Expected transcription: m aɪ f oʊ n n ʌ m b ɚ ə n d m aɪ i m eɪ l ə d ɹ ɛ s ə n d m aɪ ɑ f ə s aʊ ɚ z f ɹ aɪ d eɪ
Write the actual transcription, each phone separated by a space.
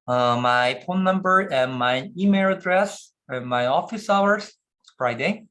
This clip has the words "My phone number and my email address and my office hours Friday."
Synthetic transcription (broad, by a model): m aɪ p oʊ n n ʌ m b ɚ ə n m aɪ i m eɪ l ə d ɹ ɛ s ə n m aɪ ɑ f ə s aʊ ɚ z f ɹ aɪ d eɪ